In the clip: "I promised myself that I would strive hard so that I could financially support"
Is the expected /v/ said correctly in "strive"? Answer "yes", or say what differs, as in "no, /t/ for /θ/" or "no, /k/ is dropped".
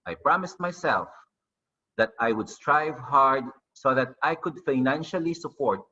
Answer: yes